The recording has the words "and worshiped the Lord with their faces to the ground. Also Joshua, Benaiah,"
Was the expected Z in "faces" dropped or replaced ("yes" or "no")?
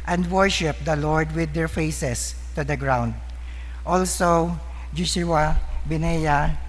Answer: yes